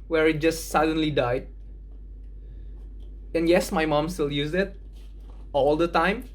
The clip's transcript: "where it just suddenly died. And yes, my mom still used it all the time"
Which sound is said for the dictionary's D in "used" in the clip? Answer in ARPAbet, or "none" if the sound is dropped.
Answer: none